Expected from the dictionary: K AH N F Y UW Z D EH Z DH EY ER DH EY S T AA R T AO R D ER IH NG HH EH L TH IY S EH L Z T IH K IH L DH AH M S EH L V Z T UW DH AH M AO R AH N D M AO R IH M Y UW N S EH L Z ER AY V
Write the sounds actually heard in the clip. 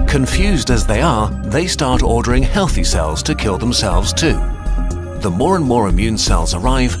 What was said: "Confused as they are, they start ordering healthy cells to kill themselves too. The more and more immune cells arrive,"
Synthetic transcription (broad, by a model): K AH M F Y UW Z D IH Z DH EY ER DH EY S T AA R T AO R D ER IH NG HH EH L TH IY S EH L Z T IH K IH L DH AH M S EH L V Z T UW DH AH M AO R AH N M AO R IH M Y UW N S EH L Z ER AY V